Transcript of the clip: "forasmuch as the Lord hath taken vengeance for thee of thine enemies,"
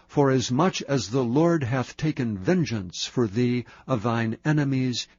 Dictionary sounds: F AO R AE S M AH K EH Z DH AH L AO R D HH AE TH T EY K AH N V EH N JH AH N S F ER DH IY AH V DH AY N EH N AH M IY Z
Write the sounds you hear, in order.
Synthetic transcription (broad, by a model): F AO R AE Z M AH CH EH Z DH AH L AO R D HH AE TH T EY K AH N V EH N JH AH N S F ER DH IY AH V DH AY N EH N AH M IY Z